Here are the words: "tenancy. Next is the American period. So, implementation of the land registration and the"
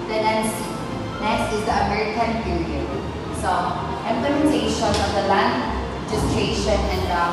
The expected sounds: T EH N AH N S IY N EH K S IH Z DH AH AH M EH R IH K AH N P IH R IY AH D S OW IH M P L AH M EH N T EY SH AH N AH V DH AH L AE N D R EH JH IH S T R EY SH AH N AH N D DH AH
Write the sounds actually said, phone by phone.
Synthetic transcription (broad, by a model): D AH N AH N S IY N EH S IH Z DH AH AH M EH R IH K AH N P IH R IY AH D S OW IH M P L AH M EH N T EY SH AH N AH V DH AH L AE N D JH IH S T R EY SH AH N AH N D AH